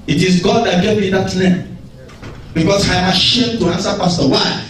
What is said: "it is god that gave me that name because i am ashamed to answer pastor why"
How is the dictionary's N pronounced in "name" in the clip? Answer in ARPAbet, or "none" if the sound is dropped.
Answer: L